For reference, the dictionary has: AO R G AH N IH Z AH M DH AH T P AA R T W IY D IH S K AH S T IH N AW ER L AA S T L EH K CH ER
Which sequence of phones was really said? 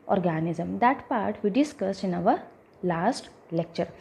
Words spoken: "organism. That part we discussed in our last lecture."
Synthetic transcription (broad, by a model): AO R G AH N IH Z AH M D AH T P AA R T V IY D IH S K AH S IH N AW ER L AA S T L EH K CH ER